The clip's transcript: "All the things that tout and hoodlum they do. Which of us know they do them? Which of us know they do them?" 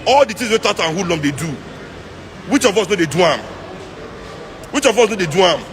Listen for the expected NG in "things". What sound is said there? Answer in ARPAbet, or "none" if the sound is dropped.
none